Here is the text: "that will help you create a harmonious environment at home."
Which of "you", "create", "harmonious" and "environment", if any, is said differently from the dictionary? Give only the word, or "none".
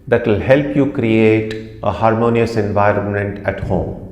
none